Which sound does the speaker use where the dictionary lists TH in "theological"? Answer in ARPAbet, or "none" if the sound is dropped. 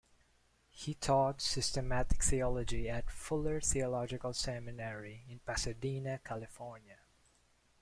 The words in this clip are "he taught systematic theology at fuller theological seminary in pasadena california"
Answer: TH